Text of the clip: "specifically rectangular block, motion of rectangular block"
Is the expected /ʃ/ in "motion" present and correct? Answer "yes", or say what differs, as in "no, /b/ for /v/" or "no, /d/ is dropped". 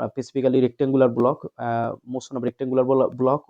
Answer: no, /s/ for /ʃ/